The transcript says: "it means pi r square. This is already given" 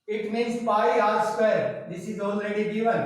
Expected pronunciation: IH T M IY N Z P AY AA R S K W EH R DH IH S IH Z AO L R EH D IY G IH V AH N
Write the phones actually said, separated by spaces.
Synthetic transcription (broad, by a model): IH T M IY N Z P AY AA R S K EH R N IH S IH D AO N R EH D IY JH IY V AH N